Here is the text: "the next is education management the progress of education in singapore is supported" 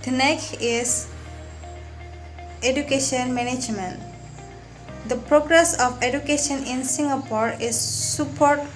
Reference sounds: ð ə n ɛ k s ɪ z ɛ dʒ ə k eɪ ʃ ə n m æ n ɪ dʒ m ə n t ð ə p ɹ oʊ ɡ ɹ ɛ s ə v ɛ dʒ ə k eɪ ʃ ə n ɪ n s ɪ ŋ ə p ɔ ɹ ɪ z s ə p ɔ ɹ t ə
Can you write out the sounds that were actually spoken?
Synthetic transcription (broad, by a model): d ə n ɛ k ɪ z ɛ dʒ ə k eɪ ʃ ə n m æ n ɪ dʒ m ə n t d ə p ɹ oʊ ɡ ɹ ɛ s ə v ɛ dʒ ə k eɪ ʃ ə n ɪ n s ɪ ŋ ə p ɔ ɹ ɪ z s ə p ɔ ɹ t